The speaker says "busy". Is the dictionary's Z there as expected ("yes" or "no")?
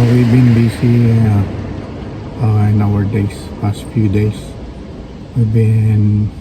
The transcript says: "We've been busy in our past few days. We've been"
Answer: no